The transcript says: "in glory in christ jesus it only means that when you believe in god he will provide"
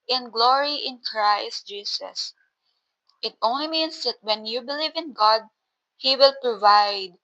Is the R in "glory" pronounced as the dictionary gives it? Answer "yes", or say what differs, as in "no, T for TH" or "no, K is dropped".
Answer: yes